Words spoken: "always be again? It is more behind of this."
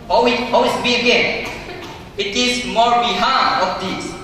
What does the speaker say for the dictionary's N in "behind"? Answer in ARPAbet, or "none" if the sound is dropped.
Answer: none